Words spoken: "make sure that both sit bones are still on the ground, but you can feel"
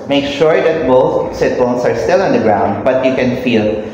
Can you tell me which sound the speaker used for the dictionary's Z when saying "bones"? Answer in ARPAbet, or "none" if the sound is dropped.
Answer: S